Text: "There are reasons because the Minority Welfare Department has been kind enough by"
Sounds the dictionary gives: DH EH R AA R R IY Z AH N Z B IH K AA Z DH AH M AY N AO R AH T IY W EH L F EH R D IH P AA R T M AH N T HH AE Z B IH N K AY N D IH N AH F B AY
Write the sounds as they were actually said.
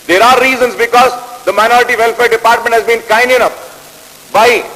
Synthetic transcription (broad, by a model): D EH R AA R R IY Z AH N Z B IH K AA Z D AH M AY N AO R AH T IY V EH L F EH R D IH P AA R T M AH N T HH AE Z B IH N K AY N D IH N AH P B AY